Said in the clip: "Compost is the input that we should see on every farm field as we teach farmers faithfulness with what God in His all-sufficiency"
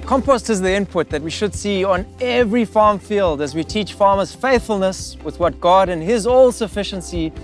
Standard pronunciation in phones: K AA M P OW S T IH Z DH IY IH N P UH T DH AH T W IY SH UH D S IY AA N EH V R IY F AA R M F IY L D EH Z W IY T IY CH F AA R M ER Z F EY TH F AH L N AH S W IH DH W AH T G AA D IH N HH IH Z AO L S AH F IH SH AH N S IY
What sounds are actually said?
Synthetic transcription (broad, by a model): K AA M P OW S T IH Z DH IY IH N P UH T DH AH T W IY SH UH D S IY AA N EH V R IY F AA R M F IY L D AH Z W IY T IY CH F AA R M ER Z F EY TH F AH L N AH S W IH DH W AH T G AA D IH N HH IH Z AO L S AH F IH SH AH N S IY